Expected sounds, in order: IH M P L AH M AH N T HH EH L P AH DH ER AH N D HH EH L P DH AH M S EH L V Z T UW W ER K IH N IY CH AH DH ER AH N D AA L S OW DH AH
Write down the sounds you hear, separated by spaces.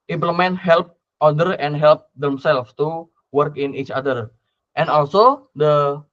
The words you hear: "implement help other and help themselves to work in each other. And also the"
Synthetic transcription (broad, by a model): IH M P L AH M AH N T HH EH L P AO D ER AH N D HH EH L P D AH M S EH L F T UW W ER K IH N IY CH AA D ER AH N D AA L S OW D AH